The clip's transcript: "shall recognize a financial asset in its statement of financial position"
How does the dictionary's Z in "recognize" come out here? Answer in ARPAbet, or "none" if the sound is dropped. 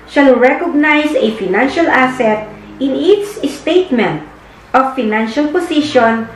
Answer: S